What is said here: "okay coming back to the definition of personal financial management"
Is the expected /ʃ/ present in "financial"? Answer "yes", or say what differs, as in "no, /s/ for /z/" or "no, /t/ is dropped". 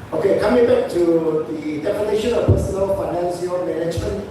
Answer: no, /s/ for /ʃ/